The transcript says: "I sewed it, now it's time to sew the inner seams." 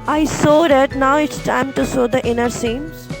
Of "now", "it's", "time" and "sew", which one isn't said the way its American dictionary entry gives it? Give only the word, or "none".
none